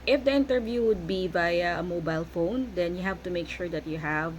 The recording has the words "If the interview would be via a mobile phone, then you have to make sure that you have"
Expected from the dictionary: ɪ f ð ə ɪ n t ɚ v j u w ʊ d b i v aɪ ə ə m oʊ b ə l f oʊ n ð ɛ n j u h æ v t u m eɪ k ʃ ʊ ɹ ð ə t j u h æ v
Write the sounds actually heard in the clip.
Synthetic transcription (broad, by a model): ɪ f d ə ɪ n t ɚ v j u w ʊ d b i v aɪ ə ə m oʊ b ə l f oʊ n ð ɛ n j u h æ v t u m eɪ k ʃ ʊ ɹ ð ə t j u h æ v